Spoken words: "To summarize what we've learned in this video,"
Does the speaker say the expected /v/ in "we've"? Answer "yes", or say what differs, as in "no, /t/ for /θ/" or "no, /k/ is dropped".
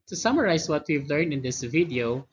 yes